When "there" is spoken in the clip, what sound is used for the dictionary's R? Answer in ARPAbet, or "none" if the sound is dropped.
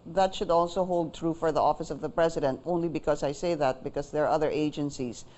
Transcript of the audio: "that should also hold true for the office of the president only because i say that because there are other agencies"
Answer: R